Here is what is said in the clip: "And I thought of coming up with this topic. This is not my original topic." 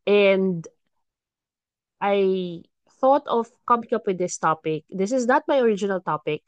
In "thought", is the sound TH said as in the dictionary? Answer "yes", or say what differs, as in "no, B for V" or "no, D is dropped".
yes